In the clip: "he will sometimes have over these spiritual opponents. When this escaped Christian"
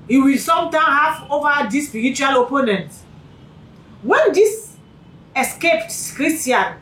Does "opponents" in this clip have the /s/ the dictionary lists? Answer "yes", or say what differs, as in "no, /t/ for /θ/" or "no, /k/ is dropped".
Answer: no, /s/ is dropped